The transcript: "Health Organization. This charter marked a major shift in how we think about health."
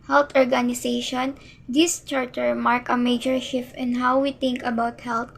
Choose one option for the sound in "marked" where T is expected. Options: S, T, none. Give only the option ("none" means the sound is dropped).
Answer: none